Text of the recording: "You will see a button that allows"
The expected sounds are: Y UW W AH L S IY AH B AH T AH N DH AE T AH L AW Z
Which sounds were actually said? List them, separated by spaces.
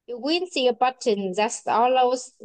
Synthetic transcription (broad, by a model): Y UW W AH N S IY AH B AH T AH N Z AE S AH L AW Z